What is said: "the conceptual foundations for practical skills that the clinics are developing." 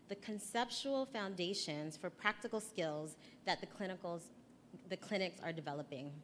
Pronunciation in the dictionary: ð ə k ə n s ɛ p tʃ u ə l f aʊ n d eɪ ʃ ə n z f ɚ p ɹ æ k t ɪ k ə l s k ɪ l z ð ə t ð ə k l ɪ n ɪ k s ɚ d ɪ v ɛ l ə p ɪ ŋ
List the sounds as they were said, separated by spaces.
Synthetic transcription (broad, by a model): ð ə k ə n s ɛ p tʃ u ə l f aʊ n d eɪ ʃ ə n z f ɚ p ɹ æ k t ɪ k l s k ɪ l z ð ə t ð ə k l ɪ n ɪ k s ɚ d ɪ v ɛ l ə p ɪ ŋ